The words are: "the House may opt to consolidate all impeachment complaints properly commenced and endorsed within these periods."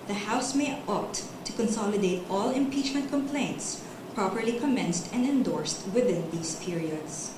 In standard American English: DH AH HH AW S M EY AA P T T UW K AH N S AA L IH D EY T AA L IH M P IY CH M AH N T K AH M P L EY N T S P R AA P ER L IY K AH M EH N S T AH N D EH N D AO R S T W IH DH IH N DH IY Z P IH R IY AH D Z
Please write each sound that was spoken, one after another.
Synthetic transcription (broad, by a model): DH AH HH AW S M EY AA P T T UW K AH N S AA L IH D EY T AA L IH M P IY CH M AH N T K AH M P L EY N T S P R AA P ER L IY K AH M EH N S T AH N D EH N D AO R S T W IH DH IH N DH IY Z P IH R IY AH D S